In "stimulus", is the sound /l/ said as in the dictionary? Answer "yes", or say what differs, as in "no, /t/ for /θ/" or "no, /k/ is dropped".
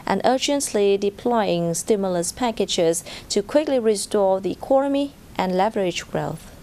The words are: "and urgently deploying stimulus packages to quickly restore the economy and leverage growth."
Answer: yes